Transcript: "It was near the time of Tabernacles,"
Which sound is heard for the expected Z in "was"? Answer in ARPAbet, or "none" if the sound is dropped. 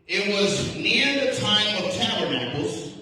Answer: Z